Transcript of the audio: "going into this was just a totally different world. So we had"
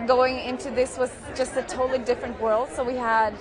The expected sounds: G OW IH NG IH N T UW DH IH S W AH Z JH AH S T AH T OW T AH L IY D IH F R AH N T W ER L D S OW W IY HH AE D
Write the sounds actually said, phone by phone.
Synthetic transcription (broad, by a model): G OW IH NG IH N T UW DH IH S W AH Z JH AH S T AH T OW T L IY D IH F R AH N T W ER L D S OW W IY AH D